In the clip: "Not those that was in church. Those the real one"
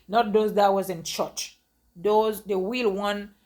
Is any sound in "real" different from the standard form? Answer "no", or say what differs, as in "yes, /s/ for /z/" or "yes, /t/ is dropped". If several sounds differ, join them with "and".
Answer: yes, /w/ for /ɹ/